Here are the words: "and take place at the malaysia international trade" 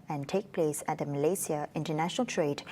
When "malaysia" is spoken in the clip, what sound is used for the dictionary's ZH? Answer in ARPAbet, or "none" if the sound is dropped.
S